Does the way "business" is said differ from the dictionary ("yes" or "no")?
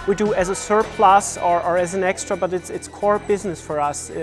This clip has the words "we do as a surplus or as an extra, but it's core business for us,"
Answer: no